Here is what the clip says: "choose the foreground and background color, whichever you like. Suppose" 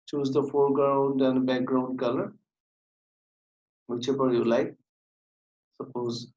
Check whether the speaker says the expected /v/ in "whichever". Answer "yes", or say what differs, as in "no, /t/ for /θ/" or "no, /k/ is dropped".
no, /p/ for /v/